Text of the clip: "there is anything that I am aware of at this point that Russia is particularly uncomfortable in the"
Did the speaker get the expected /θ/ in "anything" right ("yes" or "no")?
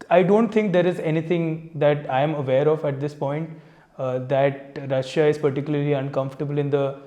no